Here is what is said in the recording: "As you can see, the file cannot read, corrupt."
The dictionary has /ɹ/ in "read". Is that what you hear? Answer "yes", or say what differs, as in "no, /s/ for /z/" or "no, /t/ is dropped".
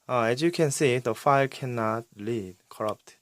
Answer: no, /l/ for /ɹ/